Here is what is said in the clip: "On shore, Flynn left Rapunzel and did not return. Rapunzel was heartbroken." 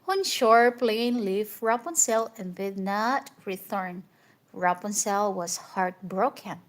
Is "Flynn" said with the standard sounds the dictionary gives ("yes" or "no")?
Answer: no